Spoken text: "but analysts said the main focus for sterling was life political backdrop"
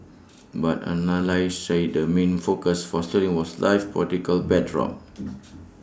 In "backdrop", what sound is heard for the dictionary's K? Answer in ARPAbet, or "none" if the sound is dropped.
none